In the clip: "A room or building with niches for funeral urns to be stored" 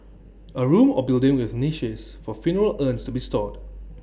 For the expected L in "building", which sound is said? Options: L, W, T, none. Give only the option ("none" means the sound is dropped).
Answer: L